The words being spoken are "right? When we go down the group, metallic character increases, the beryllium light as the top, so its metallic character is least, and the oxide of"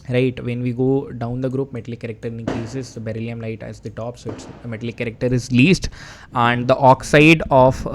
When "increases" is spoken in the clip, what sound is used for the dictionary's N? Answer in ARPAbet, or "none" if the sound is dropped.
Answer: none